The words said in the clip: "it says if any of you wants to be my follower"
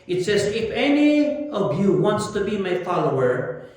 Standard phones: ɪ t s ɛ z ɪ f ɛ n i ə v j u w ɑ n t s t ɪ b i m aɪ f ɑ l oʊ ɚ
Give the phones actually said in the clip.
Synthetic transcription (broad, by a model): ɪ t s ɛ z ɪ f ɛ n i ə v j u w ɑ n t s t ɪ b i m aɪ f ɑ l oʊ ɚ